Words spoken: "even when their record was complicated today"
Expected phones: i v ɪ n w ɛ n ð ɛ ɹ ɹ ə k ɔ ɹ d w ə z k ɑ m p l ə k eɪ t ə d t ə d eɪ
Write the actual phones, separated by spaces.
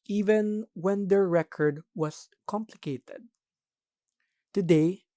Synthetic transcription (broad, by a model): i v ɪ n w ɛ n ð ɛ ɹ ɹ ə k ɔ ɹ d w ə s k ɑ m p l ə k eɪ t ə d t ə d eɪ